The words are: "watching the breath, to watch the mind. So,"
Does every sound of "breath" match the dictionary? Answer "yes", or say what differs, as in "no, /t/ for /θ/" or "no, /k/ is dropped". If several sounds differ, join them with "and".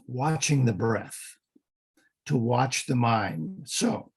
yes